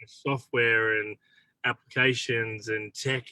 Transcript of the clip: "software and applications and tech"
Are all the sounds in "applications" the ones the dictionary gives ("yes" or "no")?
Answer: yes